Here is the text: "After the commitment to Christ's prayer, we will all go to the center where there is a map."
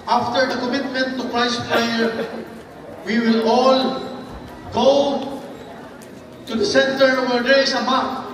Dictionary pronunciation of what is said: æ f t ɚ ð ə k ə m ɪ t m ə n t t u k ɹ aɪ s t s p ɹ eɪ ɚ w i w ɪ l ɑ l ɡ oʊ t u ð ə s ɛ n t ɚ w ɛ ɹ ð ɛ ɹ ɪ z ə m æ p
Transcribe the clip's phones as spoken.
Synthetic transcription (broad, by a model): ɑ f t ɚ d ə k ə m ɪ t m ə n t t u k ɹ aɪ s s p l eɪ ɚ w i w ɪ l ɑ l ɡ oʊ t u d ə s ɛ n t ɚ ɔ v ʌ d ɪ s ə m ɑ